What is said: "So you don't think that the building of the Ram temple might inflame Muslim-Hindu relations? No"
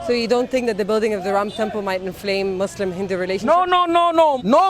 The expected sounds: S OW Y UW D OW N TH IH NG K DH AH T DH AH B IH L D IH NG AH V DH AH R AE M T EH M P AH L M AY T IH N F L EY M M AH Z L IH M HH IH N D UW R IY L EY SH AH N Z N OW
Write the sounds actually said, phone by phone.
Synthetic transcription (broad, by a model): S OW Y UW D OW N TH IH NG K DH AH T DH AH B IH L D IH NG AH V DH AH R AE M T EH M P AH L M AY T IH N F L EY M M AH S L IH M HH IH N D UW R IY L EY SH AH N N N OW